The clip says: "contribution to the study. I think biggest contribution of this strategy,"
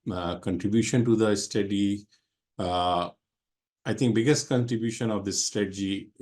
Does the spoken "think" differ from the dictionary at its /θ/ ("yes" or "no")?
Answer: yes